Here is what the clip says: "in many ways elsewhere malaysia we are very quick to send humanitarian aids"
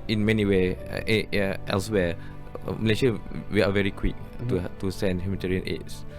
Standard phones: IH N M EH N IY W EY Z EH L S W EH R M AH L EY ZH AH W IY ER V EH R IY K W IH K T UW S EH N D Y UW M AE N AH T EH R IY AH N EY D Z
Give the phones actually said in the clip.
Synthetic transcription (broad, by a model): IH N M EH N IY W EY EH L S W EH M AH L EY SH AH W IY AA V EH R IY K W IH K T UW S EH N D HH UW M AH T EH R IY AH N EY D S